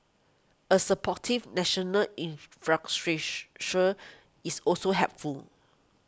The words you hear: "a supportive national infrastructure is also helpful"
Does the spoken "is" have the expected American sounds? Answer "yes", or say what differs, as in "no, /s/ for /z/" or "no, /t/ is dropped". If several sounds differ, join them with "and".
no, /s/ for /z/